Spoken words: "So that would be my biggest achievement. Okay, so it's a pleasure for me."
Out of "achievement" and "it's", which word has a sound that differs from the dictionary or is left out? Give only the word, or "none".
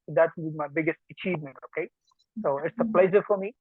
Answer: none